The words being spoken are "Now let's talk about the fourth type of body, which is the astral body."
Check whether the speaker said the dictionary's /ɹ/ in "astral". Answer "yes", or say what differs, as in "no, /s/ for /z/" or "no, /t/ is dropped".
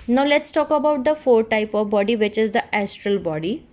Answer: yes